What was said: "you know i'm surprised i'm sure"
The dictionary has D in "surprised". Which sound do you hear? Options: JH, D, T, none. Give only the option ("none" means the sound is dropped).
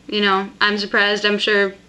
D